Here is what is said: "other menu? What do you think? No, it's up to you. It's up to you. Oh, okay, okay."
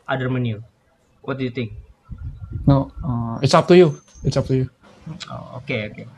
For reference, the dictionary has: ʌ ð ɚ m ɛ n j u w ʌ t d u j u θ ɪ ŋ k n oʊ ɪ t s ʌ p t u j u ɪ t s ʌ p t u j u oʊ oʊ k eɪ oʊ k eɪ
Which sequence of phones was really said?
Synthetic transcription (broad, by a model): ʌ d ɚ m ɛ n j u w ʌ t d u j u t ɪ ŋ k n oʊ ɪ t s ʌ p t u j u ɪ t s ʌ p t u j u oʊ oʊ k eɪ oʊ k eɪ